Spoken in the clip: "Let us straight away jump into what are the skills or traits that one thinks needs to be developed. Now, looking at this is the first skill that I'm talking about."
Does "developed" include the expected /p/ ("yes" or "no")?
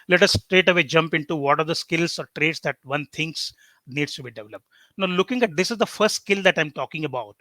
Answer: yes